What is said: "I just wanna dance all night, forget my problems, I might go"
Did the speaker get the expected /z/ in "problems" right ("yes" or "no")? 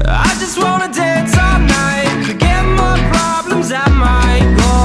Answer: yes